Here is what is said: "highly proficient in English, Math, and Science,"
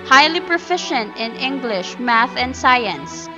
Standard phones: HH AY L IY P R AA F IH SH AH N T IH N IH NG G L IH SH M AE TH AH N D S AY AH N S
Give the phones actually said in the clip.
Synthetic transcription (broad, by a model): HH AY L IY P R AA F IH SH AH N T IH N IH NG G L IH SH M AE TH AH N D S AY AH N S